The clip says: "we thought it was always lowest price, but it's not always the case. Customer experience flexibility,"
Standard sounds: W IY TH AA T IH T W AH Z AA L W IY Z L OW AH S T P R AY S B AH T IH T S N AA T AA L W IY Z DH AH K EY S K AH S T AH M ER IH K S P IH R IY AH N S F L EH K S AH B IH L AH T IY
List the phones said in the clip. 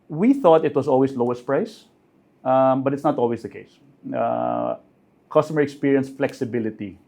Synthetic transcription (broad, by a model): W IY TH AA T IH T W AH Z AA L W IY S L OW AH S T P R AY S B AH T IH T S N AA T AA L W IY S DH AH K EY S K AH S T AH M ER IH K S P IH R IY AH N S F L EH K S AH B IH L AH T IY